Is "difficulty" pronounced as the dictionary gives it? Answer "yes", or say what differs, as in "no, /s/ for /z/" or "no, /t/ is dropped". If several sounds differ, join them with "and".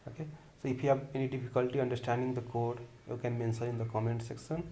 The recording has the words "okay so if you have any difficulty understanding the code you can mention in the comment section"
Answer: no, /p/ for /f/